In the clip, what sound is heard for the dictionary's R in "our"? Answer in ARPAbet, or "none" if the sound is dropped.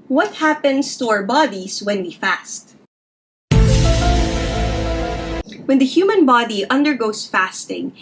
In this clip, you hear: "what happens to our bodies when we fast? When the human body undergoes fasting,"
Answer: R